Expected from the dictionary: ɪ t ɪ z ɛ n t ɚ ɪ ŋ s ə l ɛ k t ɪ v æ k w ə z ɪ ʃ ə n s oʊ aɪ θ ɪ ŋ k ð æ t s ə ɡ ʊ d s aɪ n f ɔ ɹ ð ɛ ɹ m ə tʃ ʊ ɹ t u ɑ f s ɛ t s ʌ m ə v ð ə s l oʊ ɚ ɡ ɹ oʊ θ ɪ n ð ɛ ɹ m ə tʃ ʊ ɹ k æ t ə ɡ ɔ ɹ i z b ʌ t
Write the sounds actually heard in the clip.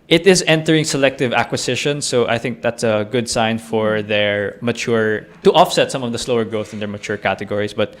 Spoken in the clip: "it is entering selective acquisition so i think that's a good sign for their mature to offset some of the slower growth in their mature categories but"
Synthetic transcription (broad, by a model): ɪ t ɪ z ɛ n t ɚ ɪ ŋ s ə l ɛ k t ɪ v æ k w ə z ɪ ʃ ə n s oʊ aɪ θ ɪ ŋ k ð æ t s ə ɡ ʊ d s aɪ n f ɔ ɹ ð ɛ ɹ m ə tʃ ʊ ɹ t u ɑ f s ɛ t s ʌ m ə v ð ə s l oʊ ɚ ɡ ɹ oʊ θ ɪ n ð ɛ ɹ m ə tʃ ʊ ɹ k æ t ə ɡ ɔ ɹ i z b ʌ t